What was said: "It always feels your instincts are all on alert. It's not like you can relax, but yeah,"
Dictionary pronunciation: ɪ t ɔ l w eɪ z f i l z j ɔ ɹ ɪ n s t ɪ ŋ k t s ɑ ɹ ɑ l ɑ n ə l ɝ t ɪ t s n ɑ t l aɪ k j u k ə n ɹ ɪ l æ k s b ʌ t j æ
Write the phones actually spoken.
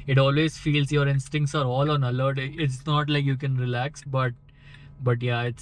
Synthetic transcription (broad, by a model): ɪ t ɔ l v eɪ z f i l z j ɔ ɹ ɪ n s t ɪ ŋ k t s ɑ ɹ ɑ l ɑ n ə l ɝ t ɪ t s n ɑ t l aɪ k j u k ə n ɹ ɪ l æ k s b ʌ t j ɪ